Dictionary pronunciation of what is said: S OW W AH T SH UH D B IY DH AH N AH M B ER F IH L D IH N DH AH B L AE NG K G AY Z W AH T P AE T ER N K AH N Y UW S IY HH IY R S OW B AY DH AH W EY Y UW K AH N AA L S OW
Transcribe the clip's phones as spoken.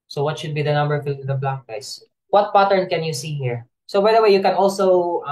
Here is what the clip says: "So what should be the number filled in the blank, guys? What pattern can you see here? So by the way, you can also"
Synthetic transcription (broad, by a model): S OW W AH T SH UH D B IY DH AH N AH M B ER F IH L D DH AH B L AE K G AY S W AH T P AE T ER N K AH N Y UW S IY HH IY R S OW B AY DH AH W EY Y UW K AH N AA L S OW